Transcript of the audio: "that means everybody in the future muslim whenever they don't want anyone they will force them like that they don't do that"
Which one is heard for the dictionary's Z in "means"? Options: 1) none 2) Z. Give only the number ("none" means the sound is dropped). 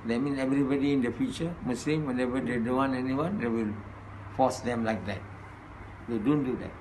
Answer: 1